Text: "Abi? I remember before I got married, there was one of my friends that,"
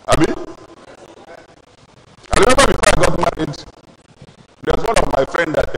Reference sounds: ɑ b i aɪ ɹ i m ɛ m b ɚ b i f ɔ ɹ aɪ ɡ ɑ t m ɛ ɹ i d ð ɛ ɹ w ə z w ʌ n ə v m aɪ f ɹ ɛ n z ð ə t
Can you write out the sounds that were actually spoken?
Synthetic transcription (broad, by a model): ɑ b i aɪ ɹ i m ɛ m b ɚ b i f ɔ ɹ aɪ ɡ ɑ t m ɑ i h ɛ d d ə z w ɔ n ə v m aɪ f ɹ ɛ n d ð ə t